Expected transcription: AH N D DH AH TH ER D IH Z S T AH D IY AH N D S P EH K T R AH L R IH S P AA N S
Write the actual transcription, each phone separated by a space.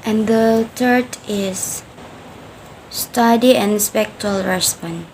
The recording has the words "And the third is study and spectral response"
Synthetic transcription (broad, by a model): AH N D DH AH T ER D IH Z S T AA D IY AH N S P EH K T AH L R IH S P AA N